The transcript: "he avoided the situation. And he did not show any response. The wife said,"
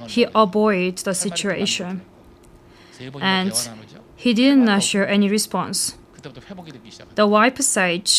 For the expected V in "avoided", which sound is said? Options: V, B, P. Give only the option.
B